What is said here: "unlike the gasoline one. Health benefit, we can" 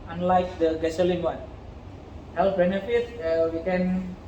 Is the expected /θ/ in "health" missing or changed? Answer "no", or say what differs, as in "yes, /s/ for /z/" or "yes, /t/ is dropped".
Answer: yes, /f/ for /θ/